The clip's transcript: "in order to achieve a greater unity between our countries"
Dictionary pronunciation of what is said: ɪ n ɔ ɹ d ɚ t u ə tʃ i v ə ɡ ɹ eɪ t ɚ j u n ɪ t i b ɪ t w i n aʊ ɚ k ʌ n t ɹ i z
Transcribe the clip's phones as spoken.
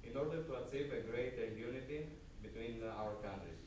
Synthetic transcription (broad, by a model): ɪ n ɔ ɹ d ɚ t u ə s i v ə ɡ ɹ eɪ t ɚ j u n ɪ t i b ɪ t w i n aʊ ɚ k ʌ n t ɹ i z